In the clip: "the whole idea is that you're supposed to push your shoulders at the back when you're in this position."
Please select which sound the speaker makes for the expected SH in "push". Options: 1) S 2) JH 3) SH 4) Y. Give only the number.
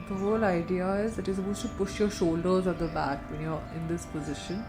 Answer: 3